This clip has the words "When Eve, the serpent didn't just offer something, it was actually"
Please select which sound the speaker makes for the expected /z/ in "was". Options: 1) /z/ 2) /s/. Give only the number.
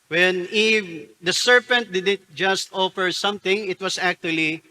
2